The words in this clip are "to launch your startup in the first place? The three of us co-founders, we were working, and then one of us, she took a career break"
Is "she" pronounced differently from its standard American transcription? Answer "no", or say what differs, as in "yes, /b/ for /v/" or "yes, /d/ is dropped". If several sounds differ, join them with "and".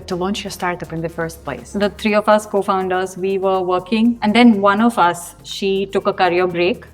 no